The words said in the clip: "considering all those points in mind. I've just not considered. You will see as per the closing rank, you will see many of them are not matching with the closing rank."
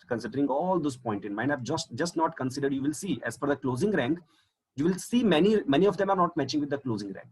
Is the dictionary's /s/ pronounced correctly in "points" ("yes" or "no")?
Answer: no